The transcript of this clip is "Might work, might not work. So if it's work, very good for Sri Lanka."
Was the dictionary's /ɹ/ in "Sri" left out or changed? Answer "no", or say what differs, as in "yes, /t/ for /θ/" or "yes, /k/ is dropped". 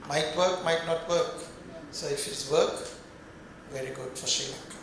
yes, /ɹ/ is dropped